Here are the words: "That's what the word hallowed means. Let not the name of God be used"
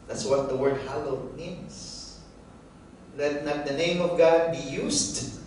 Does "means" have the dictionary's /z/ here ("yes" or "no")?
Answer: no